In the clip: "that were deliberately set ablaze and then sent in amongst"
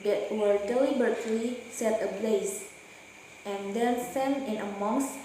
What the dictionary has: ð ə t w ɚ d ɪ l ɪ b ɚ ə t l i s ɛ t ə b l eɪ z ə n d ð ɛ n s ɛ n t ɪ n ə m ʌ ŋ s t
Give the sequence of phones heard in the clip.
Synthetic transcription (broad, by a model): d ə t w ɚ d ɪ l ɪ b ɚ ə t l i s ɛ t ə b l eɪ s ə n d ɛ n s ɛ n ɪ n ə m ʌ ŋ s